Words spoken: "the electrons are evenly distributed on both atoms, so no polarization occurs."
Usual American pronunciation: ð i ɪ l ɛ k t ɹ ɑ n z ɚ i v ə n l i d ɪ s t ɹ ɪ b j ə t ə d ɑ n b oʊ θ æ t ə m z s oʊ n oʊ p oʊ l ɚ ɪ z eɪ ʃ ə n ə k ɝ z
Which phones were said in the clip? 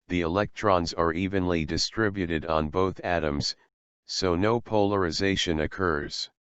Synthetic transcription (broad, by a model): ð i ɪ l ɛ k t ɹ ɑ n z ɚ i v ə n l i d ɪ s t ɹ ɪ b j ə t ə d n b oʊ θ æ t ə m z s oʊ n oʊ p oʊ l ɚ ɪ z eɪ ʃ ə n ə k ɝ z